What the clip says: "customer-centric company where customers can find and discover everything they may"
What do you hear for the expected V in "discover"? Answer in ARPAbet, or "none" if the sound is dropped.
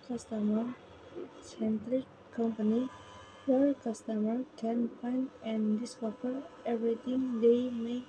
F